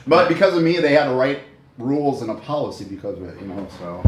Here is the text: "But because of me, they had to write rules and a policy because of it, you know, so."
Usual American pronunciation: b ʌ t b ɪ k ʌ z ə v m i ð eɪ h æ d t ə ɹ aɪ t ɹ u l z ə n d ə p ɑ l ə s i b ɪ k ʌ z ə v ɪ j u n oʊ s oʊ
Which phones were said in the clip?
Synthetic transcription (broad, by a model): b ʌ t b ɪ k ʌ z ə v m i ð eɪ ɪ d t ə ɹ aɪ t ɹ u l z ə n ə p ɑ l ə s i b ɪ k ʌ z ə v ɪ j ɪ n oʊ s oʊ